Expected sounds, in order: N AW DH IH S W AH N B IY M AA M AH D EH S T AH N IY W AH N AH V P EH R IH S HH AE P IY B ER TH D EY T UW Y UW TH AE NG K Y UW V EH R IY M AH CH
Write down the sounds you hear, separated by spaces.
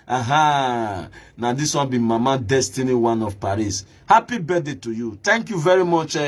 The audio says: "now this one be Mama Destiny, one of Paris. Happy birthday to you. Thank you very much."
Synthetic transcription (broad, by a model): N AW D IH S W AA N B IY M AA M AH D EH S T AH N IY W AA N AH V P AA R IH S HH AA P IY B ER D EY T UW Y UW T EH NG K Y UW V EH R IY M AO CH